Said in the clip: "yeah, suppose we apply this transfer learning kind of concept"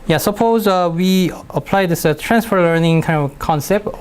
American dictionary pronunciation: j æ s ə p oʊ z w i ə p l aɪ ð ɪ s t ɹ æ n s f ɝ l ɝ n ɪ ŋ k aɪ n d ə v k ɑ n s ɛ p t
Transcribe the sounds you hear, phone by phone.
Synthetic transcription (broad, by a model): j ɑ s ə p oʊ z w i ə p l aɪ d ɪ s t ɹ æ n s f ɝ l ɝ n ɪ ŋ k aɪ n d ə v k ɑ n s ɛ p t